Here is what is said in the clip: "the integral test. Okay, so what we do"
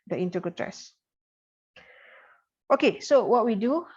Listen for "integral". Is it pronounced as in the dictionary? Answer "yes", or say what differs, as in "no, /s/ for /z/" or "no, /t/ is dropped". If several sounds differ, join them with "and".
no, /ɹ/ is dropped